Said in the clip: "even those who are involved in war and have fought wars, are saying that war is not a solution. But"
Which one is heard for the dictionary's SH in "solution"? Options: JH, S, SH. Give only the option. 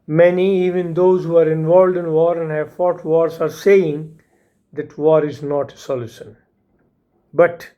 S